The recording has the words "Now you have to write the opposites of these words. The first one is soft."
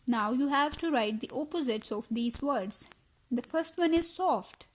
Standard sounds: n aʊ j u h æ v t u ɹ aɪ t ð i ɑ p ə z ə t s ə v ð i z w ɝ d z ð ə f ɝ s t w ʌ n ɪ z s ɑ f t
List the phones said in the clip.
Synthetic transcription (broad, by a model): n aʊ j u h æ v t u ɹ aɪ t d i ɑ p ə z ə t s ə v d i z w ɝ d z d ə f ɝ s t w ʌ n ɪ z s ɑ f t